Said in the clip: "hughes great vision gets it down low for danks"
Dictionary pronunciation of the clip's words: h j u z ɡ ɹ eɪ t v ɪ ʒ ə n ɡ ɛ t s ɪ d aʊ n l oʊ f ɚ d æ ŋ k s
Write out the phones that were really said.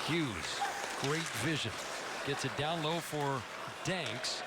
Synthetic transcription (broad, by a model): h j u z ɡ ɹ eɪ t v ɪ ʒ ə n ɡ ɛ t s ɪ d aʊ n l oʊ f ɚ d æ ŋ k s